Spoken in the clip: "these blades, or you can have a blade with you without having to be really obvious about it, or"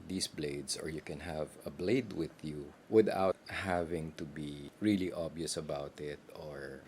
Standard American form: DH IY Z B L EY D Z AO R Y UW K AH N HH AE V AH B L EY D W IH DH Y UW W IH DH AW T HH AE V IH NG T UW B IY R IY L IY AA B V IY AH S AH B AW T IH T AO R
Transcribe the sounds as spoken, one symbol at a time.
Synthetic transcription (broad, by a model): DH IY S B L EY D S AO R Y UW K AH N HH AE V AH B L EY D W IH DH Y UW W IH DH AW T HH AE V IH NG T UW B IY R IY L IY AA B IY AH S AH B AW T IH T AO R